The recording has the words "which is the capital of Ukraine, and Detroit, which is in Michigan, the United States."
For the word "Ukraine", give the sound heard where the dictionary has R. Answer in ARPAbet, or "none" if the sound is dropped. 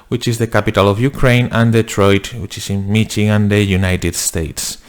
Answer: R